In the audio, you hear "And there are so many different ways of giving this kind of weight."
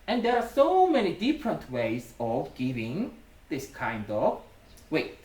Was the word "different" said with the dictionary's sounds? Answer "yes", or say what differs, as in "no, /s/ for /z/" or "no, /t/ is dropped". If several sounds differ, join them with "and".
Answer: yes